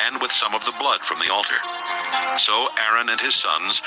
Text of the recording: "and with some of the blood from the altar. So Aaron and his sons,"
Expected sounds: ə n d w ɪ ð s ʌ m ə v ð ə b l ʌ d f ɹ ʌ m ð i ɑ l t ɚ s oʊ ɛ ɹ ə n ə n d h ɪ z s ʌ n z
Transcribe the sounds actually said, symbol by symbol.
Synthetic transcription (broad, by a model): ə n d w ɪ ð s ʌ m ə v ð ə b l ʌ d f ɹ ʌ m ð i ɑ l t ɚ s oʊ ɛ ɹ ə n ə n ɪ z s ʌ n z